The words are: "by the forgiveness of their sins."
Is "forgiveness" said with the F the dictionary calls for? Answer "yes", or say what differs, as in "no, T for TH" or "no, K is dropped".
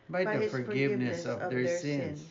yes